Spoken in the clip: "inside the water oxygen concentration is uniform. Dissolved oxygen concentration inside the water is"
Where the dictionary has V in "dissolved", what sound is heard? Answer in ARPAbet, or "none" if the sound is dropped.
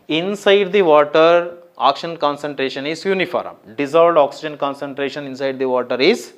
none